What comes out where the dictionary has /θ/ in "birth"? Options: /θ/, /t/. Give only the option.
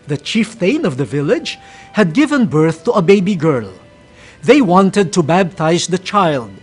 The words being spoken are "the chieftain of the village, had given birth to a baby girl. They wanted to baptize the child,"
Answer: /θ/